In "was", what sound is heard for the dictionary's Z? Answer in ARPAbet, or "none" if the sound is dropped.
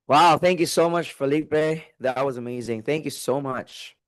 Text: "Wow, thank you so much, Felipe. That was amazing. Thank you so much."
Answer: Z